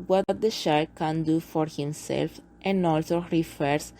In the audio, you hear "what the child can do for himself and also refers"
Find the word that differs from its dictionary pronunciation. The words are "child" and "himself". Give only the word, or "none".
child